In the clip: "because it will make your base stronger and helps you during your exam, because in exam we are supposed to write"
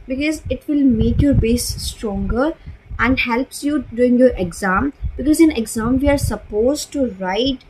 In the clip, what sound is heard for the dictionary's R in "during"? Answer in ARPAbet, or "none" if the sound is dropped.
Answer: none